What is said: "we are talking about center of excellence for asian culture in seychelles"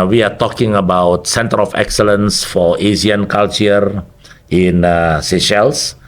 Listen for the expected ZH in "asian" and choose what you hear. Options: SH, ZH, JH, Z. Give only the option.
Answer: Z